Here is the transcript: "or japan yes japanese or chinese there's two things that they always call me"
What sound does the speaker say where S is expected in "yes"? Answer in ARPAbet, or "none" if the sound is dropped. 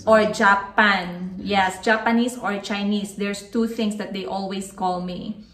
S